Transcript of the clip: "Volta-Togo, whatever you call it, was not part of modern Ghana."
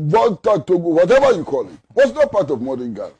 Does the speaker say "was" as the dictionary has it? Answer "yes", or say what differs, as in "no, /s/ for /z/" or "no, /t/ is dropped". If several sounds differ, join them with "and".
no, /s/ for /z/